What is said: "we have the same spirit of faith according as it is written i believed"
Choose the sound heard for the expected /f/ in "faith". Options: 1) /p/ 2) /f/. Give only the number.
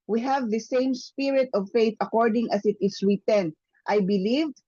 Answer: 2